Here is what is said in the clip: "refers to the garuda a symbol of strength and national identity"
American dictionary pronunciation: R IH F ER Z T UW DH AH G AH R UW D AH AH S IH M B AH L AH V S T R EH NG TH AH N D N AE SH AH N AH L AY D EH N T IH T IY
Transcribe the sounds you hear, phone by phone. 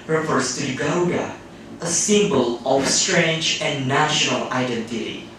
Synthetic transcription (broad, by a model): R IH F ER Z T UW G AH UH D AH AH S IH M B AH L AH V S T R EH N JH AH N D N AE SH AH N AH L AY D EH N T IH T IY